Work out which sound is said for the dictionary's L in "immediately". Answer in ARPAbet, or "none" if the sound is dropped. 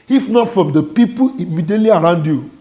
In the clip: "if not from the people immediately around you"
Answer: L